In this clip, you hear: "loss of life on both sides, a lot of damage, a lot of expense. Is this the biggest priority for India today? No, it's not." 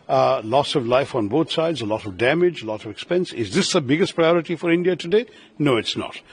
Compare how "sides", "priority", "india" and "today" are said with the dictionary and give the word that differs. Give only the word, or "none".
none